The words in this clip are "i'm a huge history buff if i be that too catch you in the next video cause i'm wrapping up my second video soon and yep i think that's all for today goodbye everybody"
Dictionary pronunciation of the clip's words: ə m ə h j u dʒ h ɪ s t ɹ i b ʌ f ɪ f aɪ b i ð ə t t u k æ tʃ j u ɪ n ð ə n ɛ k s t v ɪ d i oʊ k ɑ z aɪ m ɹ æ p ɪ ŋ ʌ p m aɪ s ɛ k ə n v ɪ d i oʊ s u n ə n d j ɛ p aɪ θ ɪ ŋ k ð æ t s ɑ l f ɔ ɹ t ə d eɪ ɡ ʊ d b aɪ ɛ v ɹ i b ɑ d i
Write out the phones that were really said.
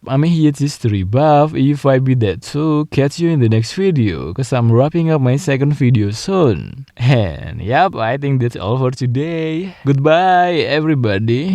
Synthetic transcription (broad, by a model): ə m ə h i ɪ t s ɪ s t ɹ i b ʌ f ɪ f aɪ b i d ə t s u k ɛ s j u ɪ n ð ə n ɛ k s t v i d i oʊ k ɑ s aɪ m ɹ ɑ p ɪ ŋ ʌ p m aɪ s ɛ k ə n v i d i oʊ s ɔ n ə n j ɛ p aɪ t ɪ ŋ k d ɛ t s ɑ l f ɔ ɹ t ə d eɪ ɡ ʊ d b aɪ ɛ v ɹ i b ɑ d i